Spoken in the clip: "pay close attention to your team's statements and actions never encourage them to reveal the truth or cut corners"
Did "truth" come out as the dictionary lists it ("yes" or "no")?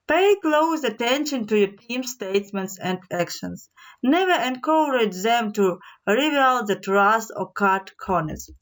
no